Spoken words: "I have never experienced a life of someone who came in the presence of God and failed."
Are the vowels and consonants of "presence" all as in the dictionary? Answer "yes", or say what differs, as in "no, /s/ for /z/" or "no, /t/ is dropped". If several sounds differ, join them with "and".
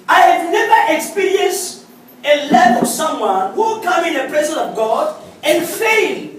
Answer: no, /s/ is dropped